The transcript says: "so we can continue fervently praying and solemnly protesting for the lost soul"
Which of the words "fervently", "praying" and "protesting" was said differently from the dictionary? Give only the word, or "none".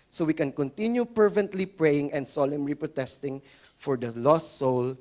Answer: fervently